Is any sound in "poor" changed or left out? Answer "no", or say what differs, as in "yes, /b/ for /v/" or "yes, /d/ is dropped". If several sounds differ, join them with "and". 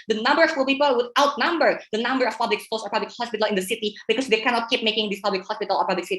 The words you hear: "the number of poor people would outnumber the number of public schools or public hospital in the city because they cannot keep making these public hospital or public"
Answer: yes, /l/ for /ɹ/